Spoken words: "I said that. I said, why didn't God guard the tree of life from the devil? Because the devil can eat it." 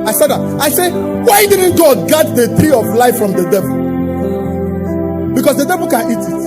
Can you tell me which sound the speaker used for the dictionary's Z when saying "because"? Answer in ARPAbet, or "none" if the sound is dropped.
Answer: S